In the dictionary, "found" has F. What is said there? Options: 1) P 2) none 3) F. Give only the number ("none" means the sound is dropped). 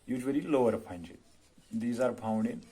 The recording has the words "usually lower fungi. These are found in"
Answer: 1